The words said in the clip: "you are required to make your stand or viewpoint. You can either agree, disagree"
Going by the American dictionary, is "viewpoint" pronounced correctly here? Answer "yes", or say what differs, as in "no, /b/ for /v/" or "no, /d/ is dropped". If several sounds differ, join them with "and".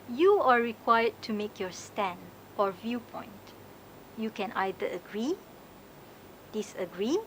yes